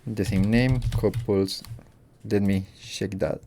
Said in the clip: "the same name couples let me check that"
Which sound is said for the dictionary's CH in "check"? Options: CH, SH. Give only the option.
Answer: SH